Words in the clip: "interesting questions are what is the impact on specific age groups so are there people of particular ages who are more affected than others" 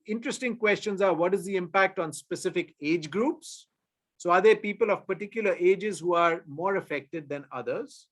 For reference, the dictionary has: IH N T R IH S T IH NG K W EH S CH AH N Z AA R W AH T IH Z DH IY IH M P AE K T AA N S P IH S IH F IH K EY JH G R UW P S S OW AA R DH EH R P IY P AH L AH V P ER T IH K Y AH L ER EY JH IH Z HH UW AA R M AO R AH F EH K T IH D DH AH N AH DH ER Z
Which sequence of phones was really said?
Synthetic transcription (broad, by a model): IH N T R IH S T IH NG K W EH S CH AH N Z AA R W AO T IH Z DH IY IH M P AE K T AA N S P IH S IH F IH K EY JH G R UW P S S OW AA R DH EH R P IY P AH L AH V P ER T IH K Y AH L ER EY JH IH Z HH UW AA R M AO R AH F EH K T IH D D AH N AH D ER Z